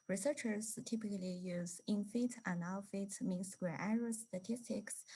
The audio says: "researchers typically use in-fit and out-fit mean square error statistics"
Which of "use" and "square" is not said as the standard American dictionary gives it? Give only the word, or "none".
square